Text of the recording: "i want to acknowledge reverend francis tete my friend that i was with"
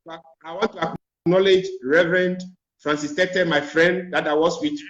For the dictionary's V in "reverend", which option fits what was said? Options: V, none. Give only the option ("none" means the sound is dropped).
V